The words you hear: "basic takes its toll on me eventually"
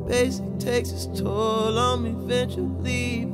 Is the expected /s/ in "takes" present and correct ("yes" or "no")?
yes